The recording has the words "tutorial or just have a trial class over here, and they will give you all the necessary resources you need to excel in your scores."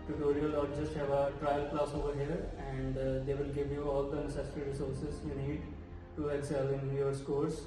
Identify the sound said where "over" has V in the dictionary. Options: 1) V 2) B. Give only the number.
1